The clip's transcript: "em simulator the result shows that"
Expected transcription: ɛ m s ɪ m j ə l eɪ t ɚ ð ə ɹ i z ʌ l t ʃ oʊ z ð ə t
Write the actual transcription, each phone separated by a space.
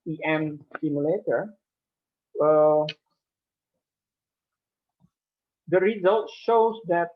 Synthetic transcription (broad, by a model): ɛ m s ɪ m j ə l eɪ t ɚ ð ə ɹ i z ʌ l t ʃ oʊ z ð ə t